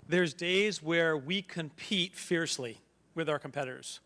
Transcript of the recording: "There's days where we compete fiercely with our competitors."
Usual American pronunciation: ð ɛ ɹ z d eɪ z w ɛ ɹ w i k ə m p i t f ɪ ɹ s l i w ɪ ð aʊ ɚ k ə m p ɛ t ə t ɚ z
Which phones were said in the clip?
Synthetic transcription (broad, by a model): ð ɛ ɹ z d eɪ z w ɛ ɹ w i k ə m p i t f ɪ ɹ s l i w ɪ ð aʊ ɚ k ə m p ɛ t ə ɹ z